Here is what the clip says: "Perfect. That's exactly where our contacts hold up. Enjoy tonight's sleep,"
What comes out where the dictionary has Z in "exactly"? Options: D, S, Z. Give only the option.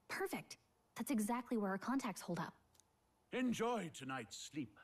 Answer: Z